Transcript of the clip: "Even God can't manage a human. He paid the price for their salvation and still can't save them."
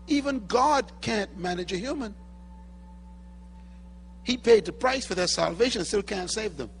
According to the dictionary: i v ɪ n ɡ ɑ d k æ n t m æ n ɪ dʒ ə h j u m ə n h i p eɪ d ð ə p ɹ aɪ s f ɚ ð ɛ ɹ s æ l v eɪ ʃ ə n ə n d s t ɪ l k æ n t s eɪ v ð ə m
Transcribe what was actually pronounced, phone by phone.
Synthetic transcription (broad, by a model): i v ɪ n ɡ ɑ d k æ n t m æ n ɪ dʒ ə h j u m ə n h i p eɪ d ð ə p ɹ aɪ s f ɚ ð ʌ ɹ s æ l v eɪ ə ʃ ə n s t ɪ l k æ n t s eɪ v ð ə m